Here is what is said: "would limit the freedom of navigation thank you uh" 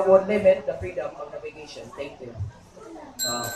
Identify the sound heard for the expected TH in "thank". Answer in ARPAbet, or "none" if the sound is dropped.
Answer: T